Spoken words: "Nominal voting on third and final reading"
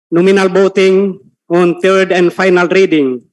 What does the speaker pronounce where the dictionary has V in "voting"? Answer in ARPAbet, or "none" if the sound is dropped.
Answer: B